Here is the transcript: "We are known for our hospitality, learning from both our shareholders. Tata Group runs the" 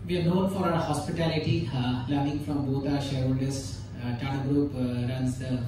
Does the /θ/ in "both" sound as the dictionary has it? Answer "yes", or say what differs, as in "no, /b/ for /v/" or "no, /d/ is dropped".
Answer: no, /t/ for /θ/